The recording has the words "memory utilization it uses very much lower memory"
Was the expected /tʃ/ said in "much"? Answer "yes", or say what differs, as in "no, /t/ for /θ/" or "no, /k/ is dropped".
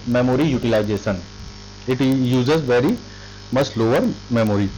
no, /s/ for /tʃ/